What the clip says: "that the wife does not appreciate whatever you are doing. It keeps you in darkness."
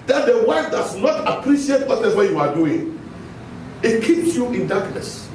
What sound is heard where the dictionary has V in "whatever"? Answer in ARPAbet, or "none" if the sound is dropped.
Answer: W